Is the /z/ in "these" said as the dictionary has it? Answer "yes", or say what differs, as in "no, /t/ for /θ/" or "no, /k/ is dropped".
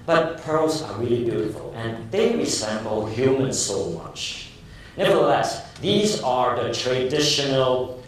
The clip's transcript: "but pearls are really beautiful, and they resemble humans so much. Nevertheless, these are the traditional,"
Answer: yes